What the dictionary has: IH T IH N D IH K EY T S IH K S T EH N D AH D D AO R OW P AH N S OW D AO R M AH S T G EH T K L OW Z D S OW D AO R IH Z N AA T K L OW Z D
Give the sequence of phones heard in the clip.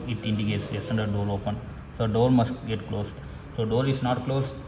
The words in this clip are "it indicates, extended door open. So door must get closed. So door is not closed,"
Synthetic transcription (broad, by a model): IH T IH N D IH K EY T S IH S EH N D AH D D AO R OW P AH N S OW D AO R M AH S T G EH T K L OW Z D S OW D AO R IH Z N AA T K L OW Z